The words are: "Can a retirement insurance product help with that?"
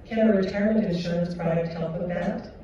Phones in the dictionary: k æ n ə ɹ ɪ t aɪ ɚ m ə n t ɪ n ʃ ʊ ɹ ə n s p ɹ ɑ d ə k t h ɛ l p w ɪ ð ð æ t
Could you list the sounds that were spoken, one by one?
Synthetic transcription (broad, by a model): k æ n ə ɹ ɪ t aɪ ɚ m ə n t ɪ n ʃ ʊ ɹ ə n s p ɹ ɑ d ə t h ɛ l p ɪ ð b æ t